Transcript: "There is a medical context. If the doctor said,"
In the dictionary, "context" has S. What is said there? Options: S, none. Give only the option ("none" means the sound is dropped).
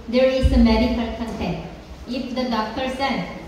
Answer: none